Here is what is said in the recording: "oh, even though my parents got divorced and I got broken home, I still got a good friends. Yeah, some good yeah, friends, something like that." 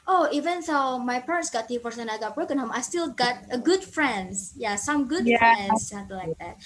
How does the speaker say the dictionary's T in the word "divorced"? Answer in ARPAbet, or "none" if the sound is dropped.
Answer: none